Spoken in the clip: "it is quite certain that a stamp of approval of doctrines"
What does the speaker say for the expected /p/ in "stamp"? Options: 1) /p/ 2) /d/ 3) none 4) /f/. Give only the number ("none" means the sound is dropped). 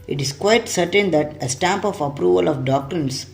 1